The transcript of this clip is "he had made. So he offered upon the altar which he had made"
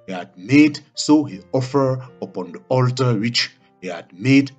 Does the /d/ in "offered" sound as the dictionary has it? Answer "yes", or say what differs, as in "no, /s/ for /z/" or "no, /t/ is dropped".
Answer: no, /d/ is dropped